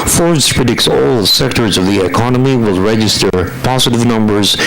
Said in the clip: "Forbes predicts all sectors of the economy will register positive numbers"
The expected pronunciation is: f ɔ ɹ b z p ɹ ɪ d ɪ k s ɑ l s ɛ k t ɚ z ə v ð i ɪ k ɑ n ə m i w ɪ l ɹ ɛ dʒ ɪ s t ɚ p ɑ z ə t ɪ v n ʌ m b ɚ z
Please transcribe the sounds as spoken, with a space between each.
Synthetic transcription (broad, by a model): f ɔ ɹ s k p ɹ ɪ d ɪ k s ɑ l s ɛ k t ɚ z ə v ð i ɪ k ɑ n ə m i w ɪ l ɹ ɛ dʒ ɪ s t ɚ p ɑ z ə t ɪ v n ʌ m b ɚ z